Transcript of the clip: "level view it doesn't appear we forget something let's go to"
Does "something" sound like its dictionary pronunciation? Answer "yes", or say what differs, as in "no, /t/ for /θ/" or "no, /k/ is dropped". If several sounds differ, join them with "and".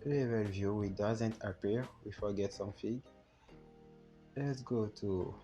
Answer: no, /f/ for /θ/